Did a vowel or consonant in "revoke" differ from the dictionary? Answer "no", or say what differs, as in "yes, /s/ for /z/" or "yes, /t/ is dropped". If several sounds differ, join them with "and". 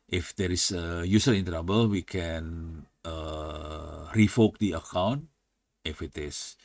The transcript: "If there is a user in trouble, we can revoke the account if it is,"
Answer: yes, /f/ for /v/